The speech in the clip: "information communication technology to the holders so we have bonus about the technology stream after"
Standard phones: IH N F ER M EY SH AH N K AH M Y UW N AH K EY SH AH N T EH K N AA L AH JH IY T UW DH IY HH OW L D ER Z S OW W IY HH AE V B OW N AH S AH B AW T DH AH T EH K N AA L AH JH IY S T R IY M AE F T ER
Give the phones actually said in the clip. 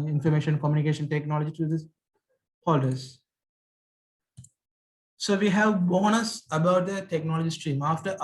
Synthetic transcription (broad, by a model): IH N F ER M EY SH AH N K AH M Y UW N AH K EY SH AH N T EH K N AA L AH JH IY T UW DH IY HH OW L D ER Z S OW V IY HH AE V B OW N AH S AH B AW T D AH T EH K N AA L AH JH IY S T R IY M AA F T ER